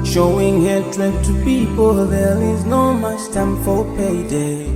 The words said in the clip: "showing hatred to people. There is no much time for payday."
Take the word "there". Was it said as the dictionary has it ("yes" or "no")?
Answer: no